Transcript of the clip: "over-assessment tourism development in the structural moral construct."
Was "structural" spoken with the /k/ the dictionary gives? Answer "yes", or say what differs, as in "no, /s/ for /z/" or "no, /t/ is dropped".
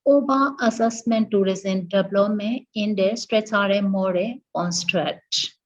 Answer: no, /k/ is dropped